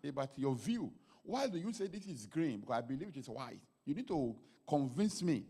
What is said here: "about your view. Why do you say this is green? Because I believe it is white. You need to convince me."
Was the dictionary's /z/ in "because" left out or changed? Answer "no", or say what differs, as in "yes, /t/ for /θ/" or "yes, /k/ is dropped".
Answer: yes, /z/ is dropped